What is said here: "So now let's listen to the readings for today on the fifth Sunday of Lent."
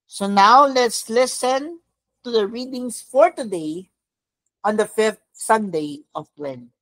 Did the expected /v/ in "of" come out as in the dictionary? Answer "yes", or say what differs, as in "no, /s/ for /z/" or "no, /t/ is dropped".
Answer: no, /p/ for /v/